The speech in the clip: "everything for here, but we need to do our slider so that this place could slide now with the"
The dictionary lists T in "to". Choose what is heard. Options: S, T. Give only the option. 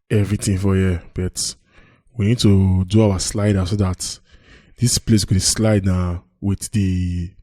T